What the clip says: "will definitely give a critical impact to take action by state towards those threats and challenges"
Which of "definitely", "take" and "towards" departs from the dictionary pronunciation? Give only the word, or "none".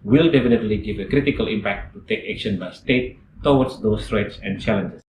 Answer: towards